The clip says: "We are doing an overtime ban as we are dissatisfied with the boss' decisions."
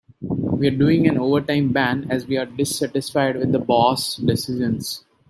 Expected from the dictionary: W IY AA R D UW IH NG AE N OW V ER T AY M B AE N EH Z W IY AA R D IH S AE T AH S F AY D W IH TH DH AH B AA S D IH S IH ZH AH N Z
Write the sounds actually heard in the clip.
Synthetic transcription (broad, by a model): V IY AA R D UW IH NG AE N OW V ER T AY M B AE N EH Z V IY AA R D IH S AE T AH S F AY D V IH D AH B AA S D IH S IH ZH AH N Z